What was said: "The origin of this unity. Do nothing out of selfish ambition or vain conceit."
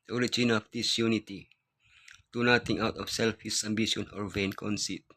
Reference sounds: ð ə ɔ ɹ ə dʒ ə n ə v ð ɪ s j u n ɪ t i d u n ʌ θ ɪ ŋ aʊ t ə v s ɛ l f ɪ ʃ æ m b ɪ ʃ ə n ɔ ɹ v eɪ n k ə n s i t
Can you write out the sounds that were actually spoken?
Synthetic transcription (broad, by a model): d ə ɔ ɹ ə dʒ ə n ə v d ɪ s j u n ɪ t i d u n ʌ t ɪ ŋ aʊ t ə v s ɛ l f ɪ s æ m b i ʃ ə n ɔ ɹ v eɪ n k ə n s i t